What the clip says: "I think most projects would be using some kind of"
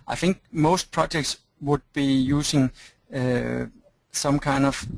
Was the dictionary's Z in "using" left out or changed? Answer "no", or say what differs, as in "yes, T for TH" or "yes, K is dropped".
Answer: yes, S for Z